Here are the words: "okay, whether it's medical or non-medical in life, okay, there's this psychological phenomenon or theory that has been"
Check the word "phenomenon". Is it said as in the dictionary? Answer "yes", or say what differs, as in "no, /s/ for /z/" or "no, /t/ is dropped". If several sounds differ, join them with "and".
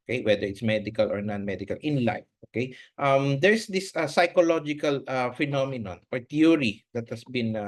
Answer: yes